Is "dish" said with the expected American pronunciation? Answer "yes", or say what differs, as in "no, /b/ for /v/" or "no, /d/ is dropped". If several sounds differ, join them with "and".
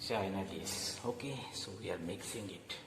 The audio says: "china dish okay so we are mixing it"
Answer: no, /s/ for /ʃ/